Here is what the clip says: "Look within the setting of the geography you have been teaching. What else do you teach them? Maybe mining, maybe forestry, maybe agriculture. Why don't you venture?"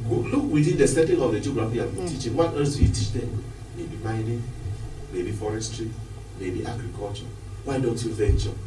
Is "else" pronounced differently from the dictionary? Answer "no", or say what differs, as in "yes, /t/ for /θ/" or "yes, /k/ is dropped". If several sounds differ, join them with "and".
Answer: yes, /l/ is dropped